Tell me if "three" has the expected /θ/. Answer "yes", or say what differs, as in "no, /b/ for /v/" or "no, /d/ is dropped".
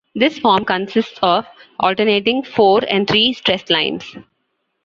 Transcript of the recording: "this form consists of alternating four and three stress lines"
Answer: no, /t/ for /θ/